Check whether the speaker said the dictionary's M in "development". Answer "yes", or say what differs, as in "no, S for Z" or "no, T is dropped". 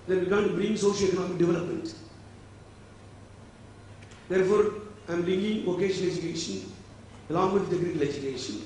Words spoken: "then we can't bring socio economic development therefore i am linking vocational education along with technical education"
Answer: yes